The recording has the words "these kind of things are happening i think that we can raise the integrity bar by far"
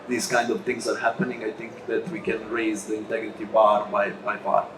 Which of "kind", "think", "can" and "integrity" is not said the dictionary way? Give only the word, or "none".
think